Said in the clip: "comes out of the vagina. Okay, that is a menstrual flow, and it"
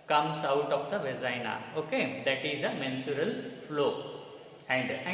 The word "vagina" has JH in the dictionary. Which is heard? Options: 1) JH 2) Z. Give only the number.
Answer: 2